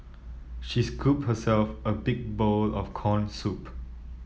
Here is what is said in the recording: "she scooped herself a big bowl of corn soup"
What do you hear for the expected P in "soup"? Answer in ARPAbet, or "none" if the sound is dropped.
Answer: P